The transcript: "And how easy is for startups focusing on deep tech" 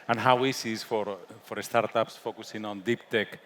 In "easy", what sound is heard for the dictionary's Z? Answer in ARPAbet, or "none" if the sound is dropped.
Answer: S